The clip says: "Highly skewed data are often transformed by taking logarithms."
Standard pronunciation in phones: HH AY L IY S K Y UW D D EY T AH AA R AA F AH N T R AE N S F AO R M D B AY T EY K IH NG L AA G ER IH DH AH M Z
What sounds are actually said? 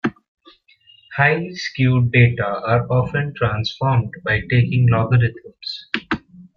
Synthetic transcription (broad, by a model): HH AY IY S K Y UW D D EY T AH AA R AA F AH N T R AE N S F AO R M D B AY T EY K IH NG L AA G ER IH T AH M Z